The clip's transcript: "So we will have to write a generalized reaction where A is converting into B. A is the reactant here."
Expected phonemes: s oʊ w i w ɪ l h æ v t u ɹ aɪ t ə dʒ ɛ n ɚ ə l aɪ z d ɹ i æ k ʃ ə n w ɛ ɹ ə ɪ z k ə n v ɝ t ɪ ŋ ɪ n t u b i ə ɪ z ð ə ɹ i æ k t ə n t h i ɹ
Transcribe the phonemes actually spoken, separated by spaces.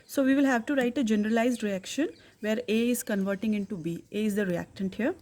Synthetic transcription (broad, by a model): s oʊ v i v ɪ l h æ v t u ɹ aɪ t ə dʒ ɛ n ɚ ə l aɪ z d ɹ i æ k ʃ ə n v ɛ ɹ ə ɪ z k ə n v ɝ t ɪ ŋ ɪ n t u b i ə ɪ z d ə ɹ i æ k t ə n t h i ɹ